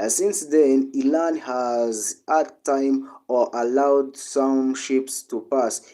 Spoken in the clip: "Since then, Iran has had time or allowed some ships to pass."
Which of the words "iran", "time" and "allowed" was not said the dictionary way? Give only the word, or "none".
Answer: iran